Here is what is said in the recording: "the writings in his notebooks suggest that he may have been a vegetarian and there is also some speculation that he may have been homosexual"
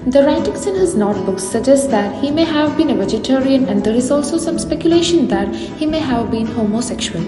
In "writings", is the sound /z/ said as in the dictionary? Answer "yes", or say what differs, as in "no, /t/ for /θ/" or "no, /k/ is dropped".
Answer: no, /s/ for /z/